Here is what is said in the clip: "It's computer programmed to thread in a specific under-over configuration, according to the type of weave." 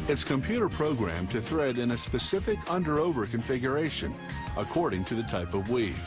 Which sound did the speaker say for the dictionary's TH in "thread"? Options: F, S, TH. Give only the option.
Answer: TH